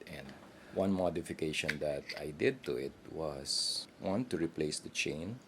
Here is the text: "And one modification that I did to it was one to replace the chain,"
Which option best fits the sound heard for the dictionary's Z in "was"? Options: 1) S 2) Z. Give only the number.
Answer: 1